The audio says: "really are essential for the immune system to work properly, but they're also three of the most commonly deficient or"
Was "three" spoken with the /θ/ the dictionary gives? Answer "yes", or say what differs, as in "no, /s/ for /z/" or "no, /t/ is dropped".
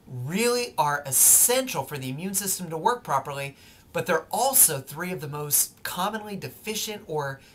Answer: yes